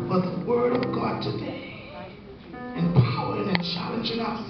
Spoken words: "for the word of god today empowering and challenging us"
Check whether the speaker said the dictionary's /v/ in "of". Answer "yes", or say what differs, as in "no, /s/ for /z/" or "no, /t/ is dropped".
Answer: yes